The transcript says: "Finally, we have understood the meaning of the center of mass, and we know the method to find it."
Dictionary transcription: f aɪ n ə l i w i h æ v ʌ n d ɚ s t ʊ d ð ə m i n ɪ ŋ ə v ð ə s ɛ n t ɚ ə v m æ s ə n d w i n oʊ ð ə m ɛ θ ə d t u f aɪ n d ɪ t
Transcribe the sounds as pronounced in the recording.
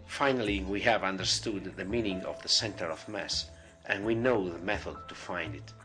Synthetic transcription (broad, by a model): f aɪ n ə l i w i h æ v ʌ n d ɚ s t ʊ d ð ə m i n ɪ ŋ ə v ð ə s ɛ n t ɚ ə v m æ s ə n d w i n oʊ ð ə m ɛ θ ə d t u f aɪ n d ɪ t